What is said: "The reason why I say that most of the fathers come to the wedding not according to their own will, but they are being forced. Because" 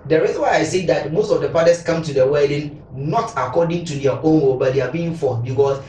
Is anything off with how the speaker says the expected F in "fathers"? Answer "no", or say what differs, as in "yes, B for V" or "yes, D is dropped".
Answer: yes, P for F